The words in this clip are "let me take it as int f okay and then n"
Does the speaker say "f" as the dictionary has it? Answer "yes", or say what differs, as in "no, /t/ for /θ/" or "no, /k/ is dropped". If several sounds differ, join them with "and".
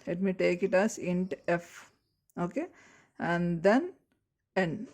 yes